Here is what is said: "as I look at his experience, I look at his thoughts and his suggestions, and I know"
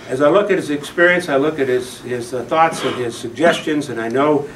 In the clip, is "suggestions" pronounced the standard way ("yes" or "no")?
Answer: yes